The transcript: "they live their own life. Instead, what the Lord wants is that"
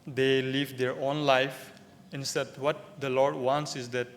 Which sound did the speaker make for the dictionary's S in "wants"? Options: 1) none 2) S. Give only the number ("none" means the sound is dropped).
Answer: 2